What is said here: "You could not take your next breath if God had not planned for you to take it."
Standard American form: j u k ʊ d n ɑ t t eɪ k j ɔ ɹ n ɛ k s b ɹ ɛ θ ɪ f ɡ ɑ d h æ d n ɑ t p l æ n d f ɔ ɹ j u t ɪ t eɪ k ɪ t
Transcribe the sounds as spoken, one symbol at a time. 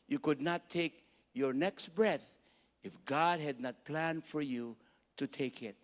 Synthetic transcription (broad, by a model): j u k ʊ d n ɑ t t eɪ k j ɔ ɹ n ɛ k s b ɹ ɛ θ ɪ f ɡ ɑ d h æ d n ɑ t p l æ n d f ɔ ɹ j u t ɪ t eɪ k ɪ t